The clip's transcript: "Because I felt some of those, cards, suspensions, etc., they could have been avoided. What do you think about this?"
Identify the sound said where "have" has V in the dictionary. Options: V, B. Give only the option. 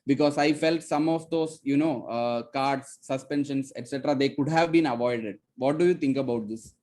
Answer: V